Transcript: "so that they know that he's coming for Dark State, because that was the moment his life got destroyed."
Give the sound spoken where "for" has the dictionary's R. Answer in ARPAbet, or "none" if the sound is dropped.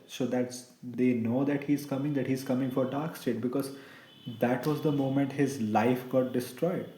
R